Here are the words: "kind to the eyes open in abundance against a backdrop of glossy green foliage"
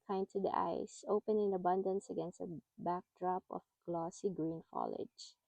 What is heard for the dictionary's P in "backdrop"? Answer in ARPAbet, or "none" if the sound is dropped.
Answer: P